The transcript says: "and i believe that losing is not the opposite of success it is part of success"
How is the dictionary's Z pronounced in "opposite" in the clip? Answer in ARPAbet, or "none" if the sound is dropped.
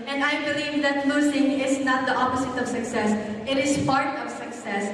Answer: S